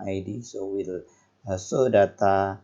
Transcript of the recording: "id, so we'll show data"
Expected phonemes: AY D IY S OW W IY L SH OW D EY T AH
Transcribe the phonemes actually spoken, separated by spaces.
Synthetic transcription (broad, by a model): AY D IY S OW W IY L S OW D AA T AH